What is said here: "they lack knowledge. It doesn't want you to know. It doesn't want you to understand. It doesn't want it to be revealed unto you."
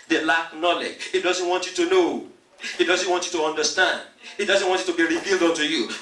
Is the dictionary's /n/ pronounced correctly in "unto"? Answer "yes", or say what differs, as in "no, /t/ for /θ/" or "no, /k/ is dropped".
yes